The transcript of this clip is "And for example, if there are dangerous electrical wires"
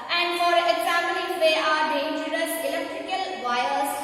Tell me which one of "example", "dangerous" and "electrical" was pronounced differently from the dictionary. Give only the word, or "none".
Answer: example